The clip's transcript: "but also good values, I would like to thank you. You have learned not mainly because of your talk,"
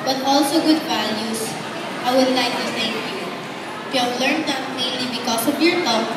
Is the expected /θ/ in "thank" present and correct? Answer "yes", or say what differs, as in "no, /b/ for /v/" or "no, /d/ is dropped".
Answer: no, /s/ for /θ/